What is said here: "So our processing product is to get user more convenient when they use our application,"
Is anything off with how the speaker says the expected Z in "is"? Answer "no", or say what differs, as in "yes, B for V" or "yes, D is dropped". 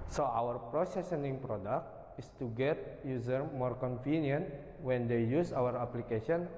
yes, S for Z